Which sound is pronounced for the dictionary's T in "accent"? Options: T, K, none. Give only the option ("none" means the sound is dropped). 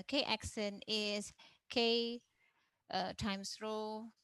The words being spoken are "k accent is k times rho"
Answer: none